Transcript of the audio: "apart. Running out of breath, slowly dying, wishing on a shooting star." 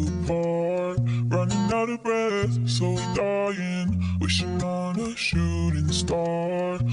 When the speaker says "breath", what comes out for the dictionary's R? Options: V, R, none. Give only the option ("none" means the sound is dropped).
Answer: R